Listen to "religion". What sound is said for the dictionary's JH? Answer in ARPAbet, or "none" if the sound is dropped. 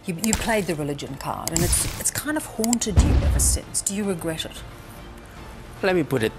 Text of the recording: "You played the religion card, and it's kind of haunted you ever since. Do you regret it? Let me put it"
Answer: JH